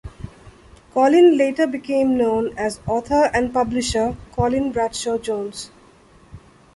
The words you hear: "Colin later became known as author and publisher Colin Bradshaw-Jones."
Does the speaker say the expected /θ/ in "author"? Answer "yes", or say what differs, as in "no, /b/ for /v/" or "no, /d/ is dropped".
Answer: no, /t/ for /θ/